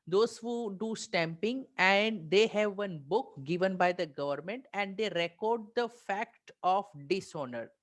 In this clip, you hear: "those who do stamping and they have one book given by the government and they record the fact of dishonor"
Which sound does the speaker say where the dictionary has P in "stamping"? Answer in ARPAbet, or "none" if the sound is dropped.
P